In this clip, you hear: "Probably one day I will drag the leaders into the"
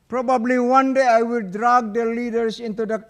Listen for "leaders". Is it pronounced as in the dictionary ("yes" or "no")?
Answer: no